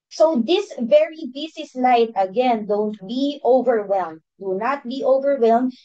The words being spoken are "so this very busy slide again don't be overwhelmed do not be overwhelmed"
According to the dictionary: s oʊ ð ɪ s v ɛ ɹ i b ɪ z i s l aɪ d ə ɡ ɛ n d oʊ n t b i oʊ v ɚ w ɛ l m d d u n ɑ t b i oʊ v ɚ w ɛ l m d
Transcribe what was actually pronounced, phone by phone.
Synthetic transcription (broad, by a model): s oʊ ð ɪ s v ɛ ɹ i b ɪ s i s l aɪ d ə ɡ ɛ n d oʊ n t b i oʊ v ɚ w ɛ l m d d u n ɑ t b i oʊ v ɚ w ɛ l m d